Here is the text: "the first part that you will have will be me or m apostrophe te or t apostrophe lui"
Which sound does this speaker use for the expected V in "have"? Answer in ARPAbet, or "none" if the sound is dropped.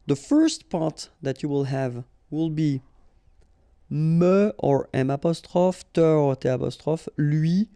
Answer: V